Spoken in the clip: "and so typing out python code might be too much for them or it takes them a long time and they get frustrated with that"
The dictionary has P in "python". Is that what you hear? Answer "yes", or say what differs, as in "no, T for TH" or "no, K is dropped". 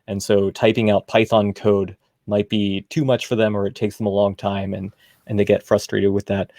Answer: yes